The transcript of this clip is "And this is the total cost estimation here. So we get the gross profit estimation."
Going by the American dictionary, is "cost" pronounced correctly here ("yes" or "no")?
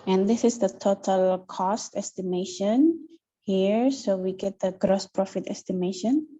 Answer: yes